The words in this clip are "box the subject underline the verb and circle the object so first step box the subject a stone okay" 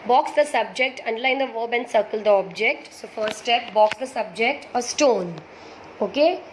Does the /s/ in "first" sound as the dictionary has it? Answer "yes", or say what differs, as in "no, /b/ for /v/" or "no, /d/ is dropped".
no, /s/ is dropped